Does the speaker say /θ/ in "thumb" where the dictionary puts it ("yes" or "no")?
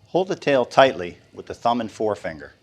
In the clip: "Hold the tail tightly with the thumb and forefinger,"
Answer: yes